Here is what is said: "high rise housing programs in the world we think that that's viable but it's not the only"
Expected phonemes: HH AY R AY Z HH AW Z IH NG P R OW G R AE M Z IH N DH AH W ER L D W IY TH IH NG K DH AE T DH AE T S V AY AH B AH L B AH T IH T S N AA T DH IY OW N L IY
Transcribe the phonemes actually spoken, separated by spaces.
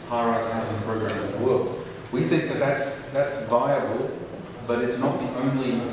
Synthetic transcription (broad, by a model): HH AY R AY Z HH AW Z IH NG P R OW G R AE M IH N DH AH W ER L D W IY TH IH NG K DH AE T DH AE T S V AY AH B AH L B AH T IH T S N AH T DH IY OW N L IY